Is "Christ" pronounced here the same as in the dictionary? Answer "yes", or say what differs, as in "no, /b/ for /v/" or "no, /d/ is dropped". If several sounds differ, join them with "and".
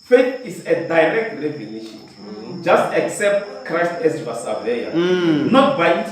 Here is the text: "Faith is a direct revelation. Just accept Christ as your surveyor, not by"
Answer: yes